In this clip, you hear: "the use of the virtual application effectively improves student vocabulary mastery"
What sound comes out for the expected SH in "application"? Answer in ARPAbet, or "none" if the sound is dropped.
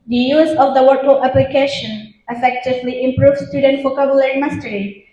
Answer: SH